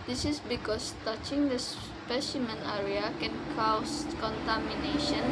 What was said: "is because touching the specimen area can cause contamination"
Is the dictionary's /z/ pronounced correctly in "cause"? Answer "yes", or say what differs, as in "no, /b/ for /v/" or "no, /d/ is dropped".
no, /s/ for /z/